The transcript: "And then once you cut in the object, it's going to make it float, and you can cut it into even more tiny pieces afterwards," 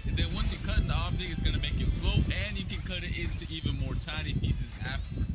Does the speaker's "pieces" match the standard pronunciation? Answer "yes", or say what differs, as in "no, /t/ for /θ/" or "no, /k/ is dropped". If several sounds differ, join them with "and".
yes